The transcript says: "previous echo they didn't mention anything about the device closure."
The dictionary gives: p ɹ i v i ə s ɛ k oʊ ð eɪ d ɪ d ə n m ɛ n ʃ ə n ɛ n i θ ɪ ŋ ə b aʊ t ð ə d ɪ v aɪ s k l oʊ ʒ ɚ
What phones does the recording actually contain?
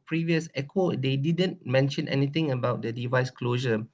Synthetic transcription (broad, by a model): p ɹ i v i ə s ɛ k oʊ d eɪ d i d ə n m ɛ n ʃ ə n ɛ n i t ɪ ŋ ə b aʊ t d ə d ɪ v aɪ s k l oʊ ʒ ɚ